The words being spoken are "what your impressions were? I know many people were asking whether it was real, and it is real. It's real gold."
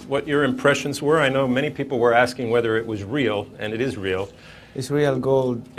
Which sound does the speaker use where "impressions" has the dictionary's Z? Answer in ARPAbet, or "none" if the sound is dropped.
Z